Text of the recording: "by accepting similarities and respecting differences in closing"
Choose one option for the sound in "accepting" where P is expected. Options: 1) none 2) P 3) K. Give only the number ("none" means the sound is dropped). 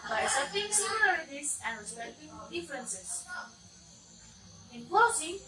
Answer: 1